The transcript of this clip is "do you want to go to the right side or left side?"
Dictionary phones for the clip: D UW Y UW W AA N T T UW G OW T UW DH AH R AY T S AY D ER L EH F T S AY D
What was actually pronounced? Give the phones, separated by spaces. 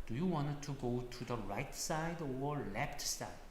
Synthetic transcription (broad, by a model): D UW Y UW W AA N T T UW G OW T UW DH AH R AY T S AY D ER L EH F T S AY